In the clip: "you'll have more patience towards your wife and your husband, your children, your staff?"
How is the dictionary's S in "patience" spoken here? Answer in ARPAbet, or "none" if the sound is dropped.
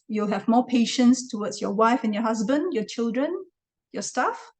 S